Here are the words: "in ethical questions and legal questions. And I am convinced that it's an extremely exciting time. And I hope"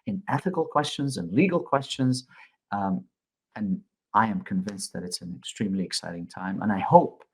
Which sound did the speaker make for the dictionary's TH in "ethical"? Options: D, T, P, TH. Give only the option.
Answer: TH